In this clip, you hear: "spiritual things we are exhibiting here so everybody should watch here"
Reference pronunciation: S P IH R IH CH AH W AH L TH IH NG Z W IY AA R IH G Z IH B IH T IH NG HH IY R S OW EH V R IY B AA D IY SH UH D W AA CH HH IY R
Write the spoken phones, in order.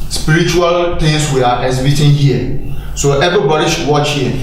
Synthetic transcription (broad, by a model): S P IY R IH CH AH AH L T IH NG S W IY AA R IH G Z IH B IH T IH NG HH IY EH S OW EH V R IY B AA D IY SH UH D W AA CH HH IY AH